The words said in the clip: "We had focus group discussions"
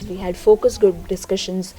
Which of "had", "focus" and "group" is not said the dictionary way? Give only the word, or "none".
group